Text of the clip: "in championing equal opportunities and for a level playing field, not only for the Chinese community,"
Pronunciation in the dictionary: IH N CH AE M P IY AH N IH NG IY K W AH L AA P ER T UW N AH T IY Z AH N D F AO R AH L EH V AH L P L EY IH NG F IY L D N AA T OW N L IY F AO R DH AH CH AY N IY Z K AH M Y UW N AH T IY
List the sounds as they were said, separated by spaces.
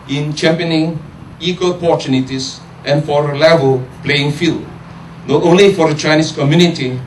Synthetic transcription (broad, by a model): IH N CH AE M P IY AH N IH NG IY K W AH L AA P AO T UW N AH T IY S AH N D F AO R AH L EH V AH L P L EY IH NG F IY L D N AA T OW N L IY F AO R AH CH AY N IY S K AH M Y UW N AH T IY